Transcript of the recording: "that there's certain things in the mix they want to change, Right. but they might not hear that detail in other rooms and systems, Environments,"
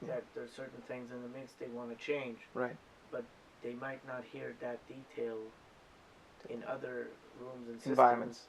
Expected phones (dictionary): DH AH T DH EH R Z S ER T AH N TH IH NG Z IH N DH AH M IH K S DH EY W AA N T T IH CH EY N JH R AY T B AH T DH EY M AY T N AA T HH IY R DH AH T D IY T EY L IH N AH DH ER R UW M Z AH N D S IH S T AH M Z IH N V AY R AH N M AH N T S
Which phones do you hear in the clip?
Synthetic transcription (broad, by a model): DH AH T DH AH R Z S ER T N TH IH NG Z IH N DH AH M IH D S DH EY W AA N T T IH CH EY N JH R AY T B AH T DH EY M AY T N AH T HH IY R DH AH T D IY T EY L IH N AH DH ER R UW M Z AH N S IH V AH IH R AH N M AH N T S